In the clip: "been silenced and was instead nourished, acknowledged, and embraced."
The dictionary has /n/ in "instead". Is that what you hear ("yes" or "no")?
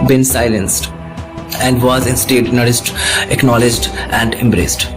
yes